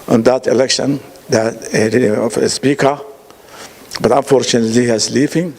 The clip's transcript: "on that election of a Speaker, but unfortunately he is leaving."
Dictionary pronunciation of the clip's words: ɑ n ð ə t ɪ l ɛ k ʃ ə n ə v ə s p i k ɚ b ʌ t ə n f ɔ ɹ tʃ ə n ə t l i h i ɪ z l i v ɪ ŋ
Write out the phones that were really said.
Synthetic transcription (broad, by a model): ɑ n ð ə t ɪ l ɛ k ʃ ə n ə f ə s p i k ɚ b ʌ t ə n f ɔ ɹ tʃ ə n ə t l i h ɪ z l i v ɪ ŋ